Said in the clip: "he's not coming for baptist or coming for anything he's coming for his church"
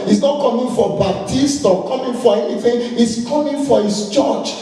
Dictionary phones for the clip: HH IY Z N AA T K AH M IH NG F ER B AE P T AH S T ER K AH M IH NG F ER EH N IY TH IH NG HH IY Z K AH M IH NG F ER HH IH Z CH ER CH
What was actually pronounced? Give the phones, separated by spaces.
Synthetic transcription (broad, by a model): HH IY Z N AA T K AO M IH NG F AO B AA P T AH S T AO K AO M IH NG F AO EH N IY TH IH NG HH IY S K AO M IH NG F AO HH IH S CH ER CH